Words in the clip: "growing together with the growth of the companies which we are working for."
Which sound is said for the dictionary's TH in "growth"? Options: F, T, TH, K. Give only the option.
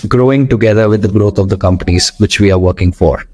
T